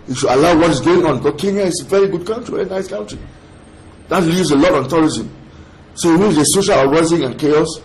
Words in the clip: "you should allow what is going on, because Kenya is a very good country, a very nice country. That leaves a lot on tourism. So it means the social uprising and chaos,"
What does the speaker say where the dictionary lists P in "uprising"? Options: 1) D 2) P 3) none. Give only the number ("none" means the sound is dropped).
3